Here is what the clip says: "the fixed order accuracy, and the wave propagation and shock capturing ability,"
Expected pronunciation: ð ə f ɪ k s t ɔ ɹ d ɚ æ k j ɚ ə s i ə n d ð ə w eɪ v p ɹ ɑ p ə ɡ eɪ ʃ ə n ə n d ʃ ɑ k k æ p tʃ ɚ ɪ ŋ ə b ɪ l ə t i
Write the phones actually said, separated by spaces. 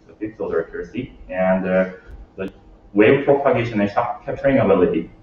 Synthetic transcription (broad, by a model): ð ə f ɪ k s ɔ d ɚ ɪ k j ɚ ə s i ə n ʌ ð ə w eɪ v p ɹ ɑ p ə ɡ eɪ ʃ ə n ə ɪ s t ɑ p k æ p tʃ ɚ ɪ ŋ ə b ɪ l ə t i